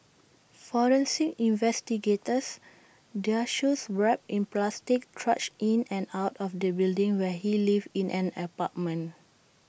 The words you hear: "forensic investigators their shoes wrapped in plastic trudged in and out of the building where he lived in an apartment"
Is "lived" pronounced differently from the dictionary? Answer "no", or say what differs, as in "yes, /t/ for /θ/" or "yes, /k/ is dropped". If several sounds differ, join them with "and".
yes, /d/ is dropped